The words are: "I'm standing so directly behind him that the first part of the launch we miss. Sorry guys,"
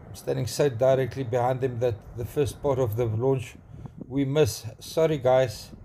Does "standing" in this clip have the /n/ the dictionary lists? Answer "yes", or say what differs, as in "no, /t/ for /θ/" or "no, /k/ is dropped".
yes